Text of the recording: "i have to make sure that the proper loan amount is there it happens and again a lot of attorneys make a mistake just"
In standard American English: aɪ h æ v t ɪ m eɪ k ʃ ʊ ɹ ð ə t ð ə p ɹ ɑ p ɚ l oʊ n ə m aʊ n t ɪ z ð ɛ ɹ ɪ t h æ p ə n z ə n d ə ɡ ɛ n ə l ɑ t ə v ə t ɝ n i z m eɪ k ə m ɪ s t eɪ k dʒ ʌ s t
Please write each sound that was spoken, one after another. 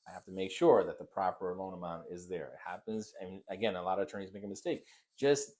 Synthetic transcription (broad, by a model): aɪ h æ f t ɪ m eɪ k ʃ ʊ ɹ ð ə t ð ə p ɹ ɑ p ɚ l oʊ n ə m aʊ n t ɪ z ð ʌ ɹ ɪ t h æ p ə n z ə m ə ɡ ɛ n ə l ɑ t ə v ə t ɝ n i z m eɪ k ə m ɪ s t eɪ k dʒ ʌ s t